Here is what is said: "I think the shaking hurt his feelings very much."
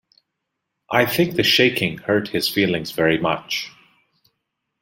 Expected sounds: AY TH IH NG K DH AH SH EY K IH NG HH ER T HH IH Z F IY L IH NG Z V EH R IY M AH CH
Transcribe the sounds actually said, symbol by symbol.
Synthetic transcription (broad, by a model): AY TH IH NG K DH AH SH EY K IH NG HH ER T HH IH Z F IY L IH NG Z V EH R IY M AH CH